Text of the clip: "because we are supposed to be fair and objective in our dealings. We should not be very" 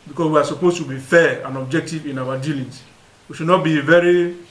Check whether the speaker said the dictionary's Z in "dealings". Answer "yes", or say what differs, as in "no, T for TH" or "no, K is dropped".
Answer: no, S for Z